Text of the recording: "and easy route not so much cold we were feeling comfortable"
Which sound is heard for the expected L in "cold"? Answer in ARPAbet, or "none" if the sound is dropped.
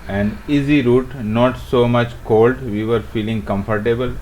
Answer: L